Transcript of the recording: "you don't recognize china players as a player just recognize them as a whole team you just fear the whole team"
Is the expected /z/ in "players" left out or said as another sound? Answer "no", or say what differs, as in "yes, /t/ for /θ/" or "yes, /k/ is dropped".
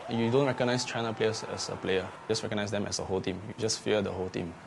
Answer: yes, /s/ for /z/